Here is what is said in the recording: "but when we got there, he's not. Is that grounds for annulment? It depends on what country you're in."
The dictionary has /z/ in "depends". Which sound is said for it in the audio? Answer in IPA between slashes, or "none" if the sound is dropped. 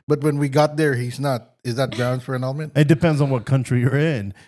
/z/